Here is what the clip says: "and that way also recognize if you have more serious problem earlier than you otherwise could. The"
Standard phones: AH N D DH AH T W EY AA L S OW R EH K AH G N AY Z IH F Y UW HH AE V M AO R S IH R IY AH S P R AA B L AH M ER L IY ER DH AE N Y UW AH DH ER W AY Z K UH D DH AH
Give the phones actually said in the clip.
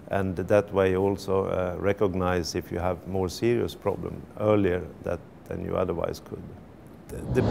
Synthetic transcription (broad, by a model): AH N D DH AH T W EY AA L S OW R EH K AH G N AY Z IH F Y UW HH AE V M AO R S IH R IY AH S P R AA B L AH M ER L IY ER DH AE N Y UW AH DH ER W AY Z K UH D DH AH